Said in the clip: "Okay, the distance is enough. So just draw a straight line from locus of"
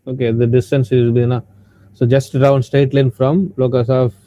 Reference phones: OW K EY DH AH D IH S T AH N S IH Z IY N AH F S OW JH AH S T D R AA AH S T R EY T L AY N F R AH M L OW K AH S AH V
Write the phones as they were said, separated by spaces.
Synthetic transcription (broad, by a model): OW K EY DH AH D IH S T AH N S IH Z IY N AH S OW JH AH S T D AA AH S T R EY T L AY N F R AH M L OW K AH S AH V